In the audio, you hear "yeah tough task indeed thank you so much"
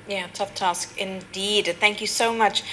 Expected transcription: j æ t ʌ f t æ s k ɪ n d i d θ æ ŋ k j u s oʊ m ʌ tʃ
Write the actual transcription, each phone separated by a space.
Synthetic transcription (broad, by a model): j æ t ʌ f t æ s k ɪ n d i d θ æ ŋ k j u s oʊ m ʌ tʃ